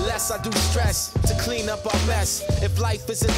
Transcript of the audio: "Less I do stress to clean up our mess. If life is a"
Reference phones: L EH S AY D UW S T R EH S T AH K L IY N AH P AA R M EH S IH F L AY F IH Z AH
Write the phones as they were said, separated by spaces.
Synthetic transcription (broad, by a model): L EH S AY D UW S T R EH S T AH K L IY N AH P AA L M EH S IH F L AY F IH Z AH